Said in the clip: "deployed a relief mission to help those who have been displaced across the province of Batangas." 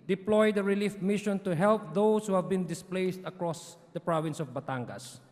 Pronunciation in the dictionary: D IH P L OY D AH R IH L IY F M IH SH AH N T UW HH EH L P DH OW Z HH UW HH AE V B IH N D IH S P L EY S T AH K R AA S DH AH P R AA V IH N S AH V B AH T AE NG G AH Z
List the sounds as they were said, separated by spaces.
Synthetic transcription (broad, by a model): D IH P L OY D AH R IH L IY F M IH SH AH N T UW HH EH L P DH OW S HH UW HH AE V B IH N D IH S P L EY S T AH K R AA S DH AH P R AA V IH N S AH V B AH T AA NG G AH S